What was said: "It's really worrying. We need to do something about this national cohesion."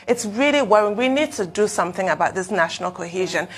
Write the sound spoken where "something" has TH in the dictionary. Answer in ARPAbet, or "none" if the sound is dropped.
TH